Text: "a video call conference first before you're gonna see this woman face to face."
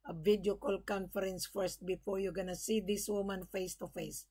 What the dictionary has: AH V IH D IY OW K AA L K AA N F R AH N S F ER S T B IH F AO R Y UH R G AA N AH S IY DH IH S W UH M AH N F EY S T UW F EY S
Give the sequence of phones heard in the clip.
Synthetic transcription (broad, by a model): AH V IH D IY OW K AA L K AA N F R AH N S F ER S T B IH F AO R Y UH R G AA N AH S IY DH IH S W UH M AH N F EY S T UW F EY S